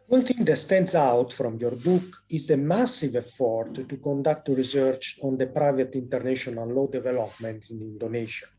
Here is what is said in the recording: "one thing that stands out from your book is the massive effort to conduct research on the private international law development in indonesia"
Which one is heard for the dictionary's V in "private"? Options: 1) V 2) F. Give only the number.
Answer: 1